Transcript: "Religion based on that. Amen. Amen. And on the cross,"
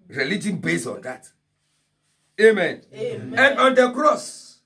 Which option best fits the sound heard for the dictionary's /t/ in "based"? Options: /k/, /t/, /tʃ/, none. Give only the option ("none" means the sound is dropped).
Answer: none